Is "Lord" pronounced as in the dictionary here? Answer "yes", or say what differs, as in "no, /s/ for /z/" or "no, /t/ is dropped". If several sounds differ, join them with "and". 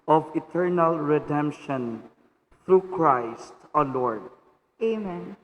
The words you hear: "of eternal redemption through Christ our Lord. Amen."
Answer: yes